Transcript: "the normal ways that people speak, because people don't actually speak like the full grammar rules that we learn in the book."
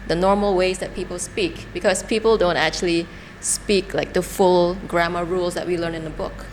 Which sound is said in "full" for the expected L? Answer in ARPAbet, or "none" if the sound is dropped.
L